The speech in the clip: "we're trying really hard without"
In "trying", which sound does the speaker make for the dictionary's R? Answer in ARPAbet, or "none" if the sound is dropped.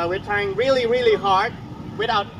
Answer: none